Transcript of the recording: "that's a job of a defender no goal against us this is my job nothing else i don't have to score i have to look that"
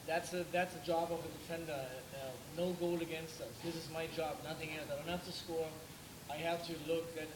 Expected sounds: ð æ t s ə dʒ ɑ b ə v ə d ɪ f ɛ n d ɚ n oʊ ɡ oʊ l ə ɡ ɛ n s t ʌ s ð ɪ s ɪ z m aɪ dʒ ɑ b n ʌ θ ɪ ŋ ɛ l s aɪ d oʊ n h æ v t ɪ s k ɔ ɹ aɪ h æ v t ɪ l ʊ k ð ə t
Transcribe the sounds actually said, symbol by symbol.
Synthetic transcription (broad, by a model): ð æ t s ə dʒ ɑ b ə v ə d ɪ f ɛ n d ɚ n oʊ ɡ oʊ l ə ɡ ɛ n s t ʌ s ð ɪ s ɪ z m aɪ dʒ ɑ b n ʌ θ ɪ ŋ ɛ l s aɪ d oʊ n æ f t ɪ s k ɔ ɹ aɪ h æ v t ɪ l ʊ k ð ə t